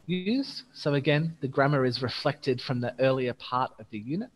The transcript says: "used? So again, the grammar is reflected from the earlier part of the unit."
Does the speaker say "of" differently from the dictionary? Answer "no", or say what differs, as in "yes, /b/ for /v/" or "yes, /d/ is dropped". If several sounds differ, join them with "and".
no